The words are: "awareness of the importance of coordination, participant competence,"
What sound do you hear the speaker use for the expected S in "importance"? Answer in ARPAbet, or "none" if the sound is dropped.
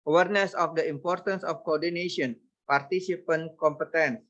S